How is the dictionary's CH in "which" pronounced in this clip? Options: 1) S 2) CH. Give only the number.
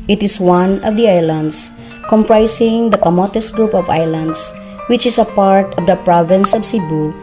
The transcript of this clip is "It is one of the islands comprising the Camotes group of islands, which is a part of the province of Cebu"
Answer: 2